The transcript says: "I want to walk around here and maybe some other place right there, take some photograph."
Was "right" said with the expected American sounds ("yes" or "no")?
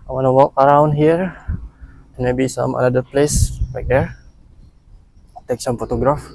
no